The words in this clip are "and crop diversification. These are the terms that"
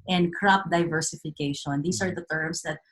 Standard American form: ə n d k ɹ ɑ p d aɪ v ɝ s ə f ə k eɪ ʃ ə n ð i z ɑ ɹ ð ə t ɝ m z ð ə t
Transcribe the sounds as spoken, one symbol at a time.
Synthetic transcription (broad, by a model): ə n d k ɹ ɑ p d aɪ v ɝ s ə f ə k eɪ ʃ ə n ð i s ɑ ɹ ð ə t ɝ m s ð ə t